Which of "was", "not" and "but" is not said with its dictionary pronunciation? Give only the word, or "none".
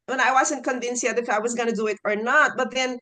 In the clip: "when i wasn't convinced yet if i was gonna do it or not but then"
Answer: none